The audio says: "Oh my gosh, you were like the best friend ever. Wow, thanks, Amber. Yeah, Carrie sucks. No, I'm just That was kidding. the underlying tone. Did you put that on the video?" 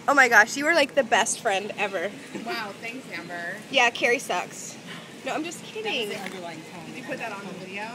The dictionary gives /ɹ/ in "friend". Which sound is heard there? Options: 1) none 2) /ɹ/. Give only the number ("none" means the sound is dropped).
2